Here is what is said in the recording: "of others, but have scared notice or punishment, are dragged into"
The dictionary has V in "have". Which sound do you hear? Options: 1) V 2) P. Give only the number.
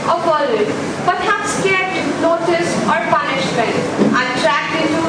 2